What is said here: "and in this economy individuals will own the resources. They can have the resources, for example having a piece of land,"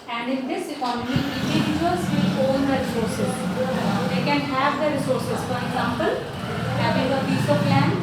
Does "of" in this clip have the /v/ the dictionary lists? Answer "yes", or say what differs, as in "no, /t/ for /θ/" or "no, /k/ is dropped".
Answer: no, /p/ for /v/